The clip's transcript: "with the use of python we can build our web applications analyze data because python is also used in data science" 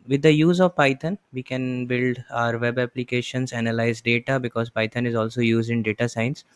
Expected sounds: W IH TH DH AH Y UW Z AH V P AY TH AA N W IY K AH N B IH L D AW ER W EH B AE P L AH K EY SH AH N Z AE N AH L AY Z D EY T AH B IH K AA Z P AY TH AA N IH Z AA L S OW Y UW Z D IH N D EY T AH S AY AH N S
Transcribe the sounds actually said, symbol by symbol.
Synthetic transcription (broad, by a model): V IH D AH Y UW Z AH V P AY T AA N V IY K AH N B IH L D AW ER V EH B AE P L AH K EY SH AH N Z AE N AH L AY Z D EY T AH B IH K AA Z P AY T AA N IH Z AA L S OW Y UW Z D IH N D EY T AH S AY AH N S